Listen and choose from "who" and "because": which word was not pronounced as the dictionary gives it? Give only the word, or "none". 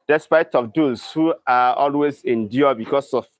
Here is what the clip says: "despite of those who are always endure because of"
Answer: because